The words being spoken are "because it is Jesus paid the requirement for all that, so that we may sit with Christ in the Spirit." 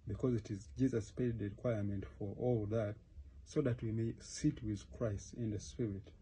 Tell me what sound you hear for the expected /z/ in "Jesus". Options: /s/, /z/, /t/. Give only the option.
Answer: /z/